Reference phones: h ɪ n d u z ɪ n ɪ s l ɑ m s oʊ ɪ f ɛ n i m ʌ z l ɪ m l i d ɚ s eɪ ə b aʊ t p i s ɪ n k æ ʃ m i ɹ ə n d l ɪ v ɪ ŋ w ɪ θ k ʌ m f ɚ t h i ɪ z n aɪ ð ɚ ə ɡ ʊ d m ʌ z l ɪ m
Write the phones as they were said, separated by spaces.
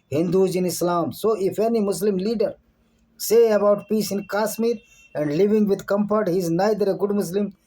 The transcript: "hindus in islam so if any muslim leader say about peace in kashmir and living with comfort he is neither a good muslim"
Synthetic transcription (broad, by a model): h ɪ n d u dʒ ɪ n ɪ s l ɑ m s oʊ ɪ f ɛ n i m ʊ s l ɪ m l i d ɚ s eɪ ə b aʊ t p i s ɪ n k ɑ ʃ m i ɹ ə n d l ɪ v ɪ ŋ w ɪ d k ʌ m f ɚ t h i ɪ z n aɪ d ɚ ə ɡ ʊ d m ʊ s l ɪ m